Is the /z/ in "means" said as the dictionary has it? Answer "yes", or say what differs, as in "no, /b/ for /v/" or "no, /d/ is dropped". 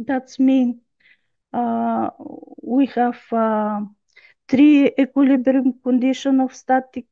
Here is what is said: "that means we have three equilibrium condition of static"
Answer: no, /z/ is dropped